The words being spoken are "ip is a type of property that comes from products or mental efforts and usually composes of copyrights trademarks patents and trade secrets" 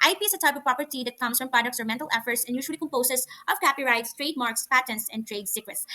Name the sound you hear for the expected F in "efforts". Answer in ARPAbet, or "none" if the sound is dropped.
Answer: F